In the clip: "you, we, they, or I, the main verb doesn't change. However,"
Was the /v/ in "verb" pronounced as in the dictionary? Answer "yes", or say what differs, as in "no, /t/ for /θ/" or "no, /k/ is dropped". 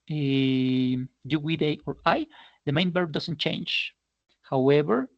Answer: no, /b/ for /v/